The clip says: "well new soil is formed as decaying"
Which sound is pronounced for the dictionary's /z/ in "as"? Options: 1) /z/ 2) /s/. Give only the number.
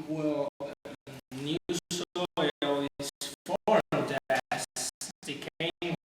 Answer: 2